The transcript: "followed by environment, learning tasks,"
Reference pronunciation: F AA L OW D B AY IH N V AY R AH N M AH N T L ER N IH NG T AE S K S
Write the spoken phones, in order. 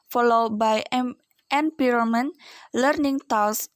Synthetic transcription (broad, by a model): F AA L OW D B AY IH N P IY R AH M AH N L ER N IH NG T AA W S